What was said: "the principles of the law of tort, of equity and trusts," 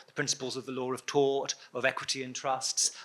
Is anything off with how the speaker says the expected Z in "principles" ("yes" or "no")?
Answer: no